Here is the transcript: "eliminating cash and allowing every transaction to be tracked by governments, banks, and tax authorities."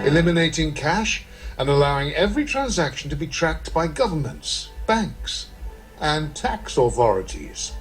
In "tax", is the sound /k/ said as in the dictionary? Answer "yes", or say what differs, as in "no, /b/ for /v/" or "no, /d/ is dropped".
yes